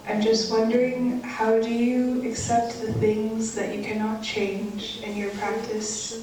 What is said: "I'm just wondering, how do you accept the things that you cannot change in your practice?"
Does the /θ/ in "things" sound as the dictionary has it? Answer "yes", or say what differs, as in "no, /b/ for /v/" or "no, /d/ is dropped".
yes